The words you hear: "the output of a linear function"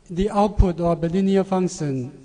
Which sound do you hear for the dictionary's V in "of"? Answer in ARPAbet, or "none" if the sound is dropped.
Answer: B